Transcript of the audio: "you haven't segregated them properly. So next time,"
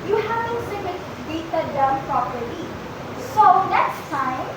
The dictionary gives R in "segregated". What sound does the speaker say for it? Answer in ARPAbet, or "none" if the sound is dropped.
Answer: none